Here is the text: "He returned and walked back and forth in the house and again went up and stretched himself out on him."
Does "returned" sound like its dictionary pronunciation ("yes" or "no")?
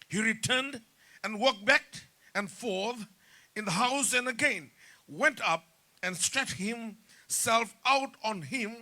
yes